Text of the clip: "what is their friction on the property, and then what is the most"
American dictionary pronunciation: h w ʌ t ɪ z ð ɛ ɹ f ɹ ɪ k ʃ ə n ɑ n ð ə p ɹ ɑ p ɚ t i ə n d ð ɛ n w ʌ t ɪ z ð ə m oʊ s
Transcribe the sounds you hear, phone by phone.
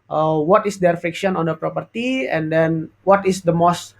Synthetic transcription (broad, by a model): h w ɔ t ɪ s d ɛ ɹ f ɪ k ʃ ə n ɑ n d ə p ɹ ɑ p ɚ t i ə n d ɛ n w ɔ t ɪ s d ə m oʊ s